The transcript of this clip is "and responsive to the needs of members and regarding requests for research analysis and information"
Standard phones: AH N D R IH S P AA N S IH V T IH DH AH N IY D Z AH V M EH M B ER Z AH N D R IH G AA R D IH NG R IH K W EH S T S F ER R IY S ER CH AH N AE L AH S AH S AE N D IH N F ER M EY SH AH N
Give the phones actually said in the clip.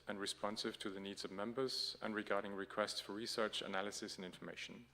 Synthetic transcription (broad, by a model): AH N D R IH S P AA N S IH V T IH DH AH N IY D Z AH V M EH M B ER Z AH N R IH G AA R D IH NG R IH K W EH S T S F ER R IY S ER CH AH N AE L AH S AH S N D IH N F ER M EY SH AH N